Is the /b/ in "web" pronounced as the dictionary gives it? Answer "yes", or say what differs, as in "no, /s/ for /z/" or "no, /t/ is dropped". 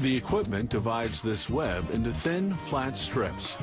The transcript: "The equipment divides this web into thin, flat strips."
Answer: yes